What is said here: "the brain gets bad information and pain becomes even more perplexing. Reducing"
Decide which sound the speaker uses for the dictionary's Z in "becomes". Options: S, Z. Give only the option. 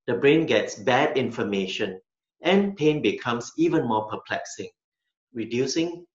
S